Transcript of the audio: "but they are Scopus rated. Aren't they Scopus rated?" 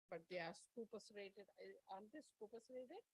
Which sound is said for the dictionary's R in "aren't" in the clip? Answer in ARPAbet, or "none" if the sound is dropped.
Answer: none